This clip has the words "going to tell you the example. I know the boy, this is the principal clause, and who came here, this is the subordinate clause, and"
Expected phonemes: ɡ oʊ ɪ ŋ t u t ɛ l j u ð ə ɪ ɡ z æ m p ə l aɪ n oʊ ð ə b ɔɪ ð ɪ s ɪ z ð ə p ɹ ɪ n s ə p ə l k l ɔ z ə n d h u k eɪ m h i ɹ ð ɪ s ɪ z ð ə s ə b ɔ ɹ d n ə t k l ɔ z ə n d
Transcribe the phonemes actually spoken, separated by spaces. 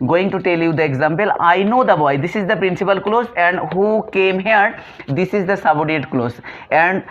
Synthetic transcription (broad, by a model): ɡ oʊ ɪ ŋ t u t ɛ l j u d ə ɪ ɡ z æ m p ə l aɪ n oʊ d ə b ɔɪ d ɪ s ɪ z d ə p ɹ ɪ n s ə p ə l k l ɔ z ə n d h u k eɪ m h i ɹ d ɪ s ɪ z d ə s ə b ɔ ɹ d ə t k l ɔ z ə n d